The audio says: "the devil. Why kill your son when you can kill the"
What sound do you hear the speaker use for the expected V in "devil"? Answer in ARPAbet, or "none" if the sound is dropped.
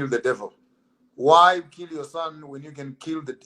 V